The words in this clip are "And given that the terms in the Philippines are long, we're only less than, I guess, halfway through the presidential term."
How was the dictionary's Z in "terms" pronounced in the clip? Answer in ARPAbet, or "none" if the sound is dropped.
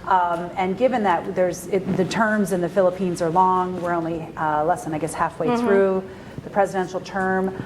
Z